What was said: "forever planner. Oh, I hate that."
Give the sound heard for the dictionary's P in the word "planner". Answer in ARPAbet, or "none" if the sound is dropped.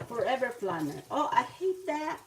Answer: F